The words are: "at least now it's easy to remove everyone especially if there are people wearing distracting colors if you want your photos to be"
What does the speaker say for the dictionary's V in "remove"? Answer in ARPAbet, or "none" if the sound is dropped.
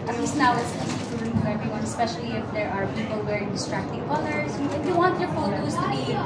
none